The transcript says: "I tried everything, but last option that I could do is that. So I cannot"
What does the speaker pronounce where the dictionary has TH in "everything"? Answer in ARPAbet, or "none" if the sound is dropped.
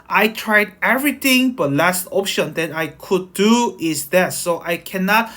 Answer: T